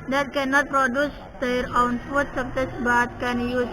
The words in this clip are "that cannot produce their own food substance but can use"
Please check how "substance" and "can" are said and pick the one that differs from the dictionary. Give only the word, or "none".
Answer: substance